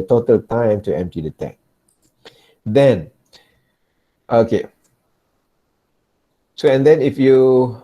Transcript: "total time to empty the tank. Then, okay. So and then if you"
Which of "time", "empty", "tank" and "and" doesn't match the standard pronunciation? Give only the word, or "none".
tank